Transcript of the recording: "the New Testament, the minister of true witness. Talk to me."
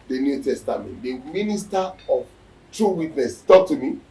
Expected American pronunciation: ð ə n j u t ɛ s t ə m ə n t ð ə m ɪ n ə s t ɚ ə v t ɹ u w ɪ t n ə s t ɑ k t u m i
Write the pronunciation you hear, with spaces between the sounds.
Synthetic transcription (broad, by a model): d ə n j u t ɛ s t ə m ə n t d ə m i n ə s t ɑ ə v t ɹ u w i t n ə s t ɑ k t u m i